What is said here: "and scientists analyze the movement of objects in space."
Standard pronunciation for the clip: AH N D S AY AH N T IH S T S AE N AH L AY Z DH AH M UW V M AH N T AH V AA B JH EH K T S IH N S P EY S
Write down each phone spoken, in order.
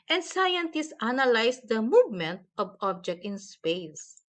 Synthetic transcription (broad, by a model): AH N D S AY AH N T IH S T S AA N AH L AY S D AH M UW V M AH N T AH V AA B JH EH K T IH N S P EY S